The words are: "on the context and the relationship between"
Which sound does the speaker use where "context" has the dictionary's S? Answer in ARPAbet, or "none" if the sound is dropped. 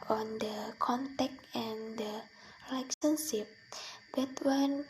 none